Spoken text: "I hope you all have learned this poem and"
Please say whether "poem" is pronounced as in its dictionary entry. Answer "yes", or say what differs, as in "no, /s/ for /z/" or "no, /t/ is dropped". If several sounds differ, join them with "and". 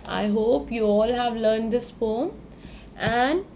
no, /f/ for /p/